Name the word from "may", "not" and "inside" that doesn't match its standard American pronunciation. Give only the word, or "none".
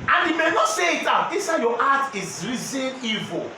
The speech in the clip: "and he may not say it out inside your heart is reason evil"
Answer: inside